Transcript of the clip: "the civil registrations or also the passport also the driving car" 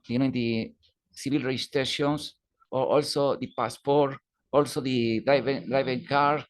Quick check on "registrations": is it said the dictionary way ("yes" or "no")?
no